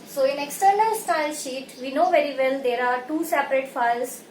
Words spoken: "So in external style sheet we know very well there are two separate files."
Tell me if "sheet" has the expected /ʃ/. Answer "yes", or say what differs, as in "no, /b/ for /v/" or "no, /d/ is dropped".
yes